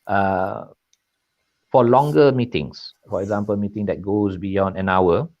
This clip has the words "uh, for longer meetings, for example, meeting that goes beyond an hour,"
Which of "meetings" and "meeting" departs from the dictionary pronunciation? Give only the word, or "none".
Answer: meetings